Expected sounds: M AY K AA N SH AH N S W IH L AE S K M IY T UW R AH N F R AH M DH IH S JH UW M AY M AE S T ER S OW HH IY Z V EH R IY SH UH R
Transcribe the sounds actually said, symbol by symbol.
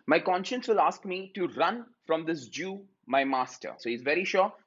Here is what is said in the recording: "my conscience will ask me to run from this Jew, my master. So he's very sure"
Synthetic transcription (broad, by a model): M AY K AA N SH AH N S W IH L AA S K M IY T UW R AH N F R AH M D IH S JH UW M AY M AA S T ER S OW HH IY Z V EH R IY SH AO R